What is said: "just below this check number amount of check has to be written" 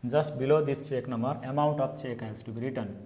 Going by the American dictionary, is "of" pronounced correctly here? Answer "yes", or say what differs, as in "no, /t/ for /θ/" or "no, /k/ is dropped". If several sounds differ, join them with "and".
no, /p/ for /v/